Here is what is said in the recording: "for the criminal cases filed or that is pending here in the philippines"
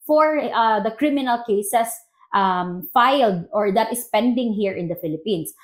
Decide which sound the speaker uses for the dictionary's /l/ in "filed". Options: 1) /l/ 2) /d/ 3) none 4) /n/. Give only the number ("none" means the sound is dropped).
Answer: 1